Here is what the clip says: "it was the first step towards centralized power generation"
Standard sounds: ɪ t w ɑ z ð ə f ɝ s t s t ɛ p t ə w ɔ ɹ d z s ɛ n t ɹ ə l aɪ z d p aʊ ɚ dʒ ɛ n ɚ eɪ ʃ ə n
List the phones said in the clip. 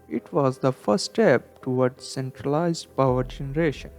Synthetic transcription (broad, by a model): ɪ t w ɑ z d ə f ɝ t s t ɛ p t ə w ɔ ɹ d s ɛ n t ɹ ə l aɪ z d p aʊ ɚ dʒ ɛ n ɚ eɪ ʃ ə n